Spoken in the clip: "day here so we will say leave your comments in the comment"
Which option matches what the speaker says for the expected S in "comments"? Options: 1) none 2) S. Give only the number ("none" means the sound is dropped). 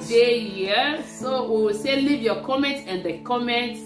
1